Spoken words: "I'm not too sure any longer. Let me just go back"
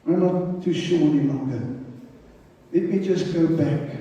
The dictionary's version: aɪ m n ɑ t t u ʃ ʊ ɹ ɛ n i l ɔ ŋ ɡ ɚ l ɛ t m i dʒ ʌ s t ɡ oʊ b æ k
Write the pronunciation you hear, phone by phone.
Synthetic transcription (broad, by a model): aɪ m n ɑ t t u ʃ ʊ w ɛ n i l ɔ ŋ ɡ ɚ l ɛ t m i dʒ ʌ s ɡ oʊ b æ k